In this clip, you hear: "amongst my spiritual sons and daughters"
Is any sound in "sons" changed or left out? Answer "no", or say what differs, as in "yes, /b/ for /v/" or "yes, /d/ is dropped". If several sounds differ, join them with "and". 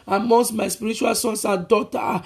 yes, /s/ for /z/